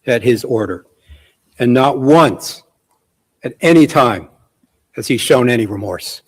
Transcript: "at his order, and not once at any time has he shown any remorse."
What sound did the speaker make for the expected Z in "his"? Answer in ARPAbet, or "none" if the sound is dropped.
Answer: Z